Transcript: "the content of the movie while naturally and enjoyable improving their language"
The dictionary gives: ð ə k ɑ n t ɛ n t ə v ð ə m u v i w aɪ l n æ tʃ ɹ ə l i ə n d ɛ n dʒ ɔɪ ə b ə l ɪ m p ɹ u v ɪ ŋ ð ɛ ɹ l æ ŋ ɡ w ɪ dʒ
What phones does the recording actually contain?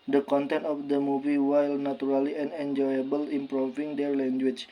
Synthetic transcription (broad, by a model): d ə k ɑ n t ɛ n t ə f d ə m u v i w aɪ l n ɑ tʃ ɹ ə l i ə n ɛ n dʒ ɔɪ ə b ə l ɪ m p ɹ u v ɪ ŋ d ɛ ɹ l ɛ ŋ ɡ w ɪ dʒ